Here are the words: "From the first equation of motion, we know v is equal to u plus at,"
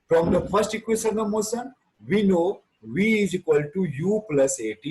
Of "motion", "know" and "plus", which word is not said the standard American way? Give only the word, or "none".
motion